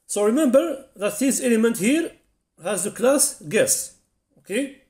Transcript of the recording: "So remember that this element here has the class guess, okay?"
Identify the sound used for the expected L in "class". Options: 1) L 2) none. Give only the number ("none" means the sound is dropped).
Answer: 1